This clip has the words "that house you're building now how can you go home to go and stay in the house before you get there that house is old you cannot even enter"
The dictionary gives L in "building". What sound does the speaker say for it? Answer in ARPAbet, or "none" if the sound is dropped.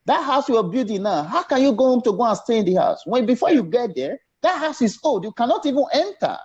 none